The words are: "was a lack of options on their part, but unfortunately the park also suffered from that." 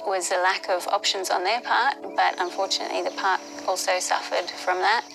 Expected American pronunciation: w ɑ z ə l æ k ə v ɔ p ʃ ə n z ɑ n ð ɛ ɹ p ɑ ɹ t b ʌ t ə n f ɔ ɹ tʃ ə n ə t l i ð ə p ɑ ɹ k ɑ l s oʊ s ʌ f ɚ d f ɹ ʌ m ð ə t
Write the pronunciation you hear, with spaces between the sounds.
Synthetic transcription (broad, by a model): w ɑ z ə l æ k ə v ɔ p ʃ ə n z n ð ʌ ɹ p ɑ ɹ t b ʌ t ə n f ɔ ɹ tʃ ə n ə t l i ð ə p ɑ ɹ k ɑ l s oʊ s ʌ f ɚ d f ɹ ʌ m ð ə t